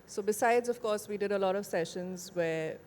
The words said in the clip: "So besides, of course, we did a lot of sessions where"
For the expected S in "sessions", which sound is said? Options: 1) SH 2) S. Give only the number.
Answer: 2